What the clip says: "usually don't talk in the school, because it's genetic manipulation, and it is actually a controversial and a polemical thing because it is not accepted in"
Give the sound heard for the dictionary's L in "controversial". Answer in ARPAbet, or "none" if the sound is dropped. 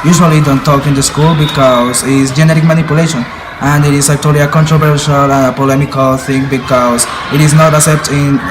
L